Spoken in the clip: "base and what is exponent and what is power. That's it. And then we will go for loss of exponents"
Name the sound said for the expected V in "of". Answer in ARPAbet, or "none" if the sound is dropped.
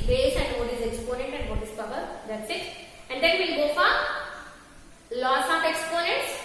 P